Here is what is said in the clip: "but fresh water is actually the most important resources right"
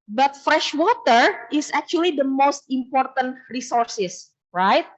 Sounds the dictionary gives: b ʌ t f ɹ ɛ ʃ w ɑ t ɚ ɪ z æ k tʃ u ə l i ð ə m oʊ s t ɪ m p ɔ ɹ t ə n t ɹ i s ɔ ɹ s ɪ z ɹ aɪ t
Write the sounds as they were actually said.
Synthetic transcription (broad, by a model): b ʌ t f ɹ ɛ ʃ w ɑ t ɚ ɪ s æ k tʃ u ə l i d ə m oʊ s t ɪ m p ɔ ɹ t ə n t ɹ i s ɔ ɹ s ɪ s ɹ aɪ t